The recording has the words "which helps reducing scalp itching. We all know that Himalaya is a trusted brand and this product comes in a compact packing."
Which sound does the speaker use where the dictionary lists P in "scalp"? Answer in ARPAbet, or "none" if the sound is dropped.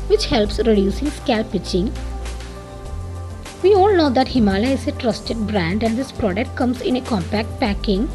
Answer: P